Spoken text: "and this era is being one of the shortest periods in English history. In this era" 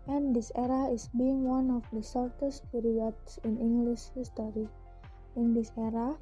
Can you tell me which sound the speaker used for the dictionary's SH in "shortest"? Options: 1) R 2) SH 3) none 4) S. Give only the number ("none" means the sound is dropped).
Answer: 4